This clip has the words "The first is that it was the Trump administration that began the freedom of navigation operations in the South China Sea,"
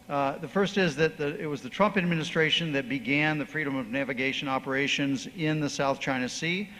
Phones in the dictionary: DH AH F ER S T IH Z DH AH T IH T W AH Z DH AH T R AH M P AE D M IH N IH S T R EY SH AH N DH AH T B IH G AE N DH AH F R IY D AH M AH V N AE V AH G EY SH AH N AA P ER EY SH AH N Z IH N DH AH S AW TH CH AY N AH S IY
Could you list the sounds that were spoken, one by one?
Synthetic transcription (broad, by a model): DH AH F ER S T IH Z DH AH T IH T W AH Z DH AH T R AH M P AE D M IH N IH S T R EY SH AH N DH AH T B IH G AE N DH AH F R IY D AH M AH V N AE V AH G EY SH AH N AA P ER EY SH AH N Z IH N DH AH S AW TH CH AY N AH S IY